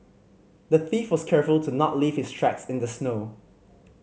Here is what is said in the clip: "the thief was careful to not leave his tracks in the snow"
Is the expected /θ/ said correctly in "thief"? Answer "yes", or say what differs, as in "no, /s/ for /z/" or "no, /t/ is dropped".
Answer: yes